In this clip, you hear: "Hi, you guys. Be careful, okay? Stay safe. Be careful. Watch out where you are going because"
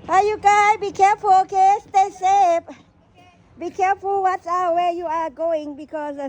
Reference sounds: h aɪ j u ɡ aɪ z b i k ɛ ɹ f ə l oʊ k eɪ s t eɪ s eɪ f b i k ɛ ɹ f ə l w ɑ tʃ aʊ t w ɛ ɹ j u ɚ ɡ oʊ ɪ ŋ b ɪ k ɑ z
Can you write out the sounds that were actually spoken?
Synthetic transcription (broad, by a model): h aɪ j u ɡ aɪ b i k ɛ ɹ f ə l oʊ k eɪ s t eɪ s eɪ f b i k ɛ ɹ f ə l w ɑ s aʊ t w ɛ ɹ j u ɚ ɡ oʊ ɪ ŋ b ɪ k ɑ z